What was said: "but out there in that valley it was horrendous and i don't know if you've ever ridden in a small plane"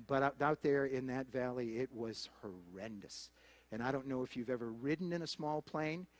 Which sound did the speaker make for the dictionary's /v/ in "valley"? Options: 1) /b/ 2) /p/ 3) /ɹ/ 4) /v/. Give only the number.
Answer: 4